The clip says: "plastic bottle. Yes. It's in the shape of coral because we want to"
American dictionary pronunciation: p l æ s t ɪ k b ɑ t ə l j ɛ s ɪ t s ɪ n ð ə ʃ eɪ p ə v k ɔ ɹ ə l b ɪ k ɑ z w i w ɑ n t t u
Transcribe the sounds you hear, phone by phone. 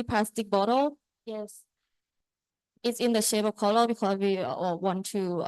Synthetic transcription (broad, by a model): p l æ s t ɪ k b ɑ t ə l j ɛ s ɪ t s ɪ n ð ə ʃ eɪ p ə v k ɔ l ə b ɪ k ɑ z w i w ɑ n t t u